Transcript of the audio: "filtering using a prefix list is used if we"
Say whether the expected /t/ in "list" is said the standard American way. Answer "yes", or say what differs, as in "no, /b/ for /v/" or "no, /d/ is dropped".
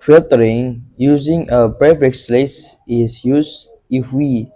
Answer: no, /t/ is dropped